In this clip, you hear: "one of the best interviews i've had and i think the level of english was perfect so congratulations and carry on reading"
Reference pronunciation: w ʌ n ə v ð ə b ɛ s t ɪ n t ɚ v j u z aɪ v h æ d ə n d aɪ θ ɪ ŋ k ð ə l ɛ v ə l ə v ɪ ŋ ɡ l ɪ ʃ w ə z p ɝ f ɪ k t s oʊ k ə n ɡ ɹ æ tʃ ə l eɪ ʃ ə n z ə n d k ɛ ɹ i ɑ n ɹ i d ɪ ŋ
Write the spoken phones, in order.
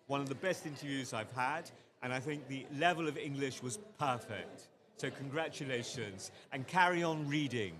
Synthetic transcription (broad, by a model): w ʌ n ə v ð ə b ɛ s t ɪ n t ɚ v j u z aɪ v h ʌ d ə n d aɪ θ ɪ ŋ k ð ə l ɛ v ə l ə v ɪ ŋ ɡ l ɪ ʃ w ə z p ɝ f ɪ k t s oʊ k ə n ɡ ɹ æ tʃ ə l eɪ ʃ ə n z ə n k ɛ ɹ i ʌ n ɹ i d ɪ ŋ